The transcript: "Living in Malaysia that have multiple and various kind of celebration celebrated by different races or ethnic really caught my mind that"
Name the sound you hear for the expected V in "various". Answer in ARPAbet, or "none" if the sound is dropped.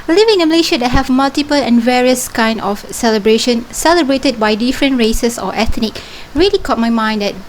V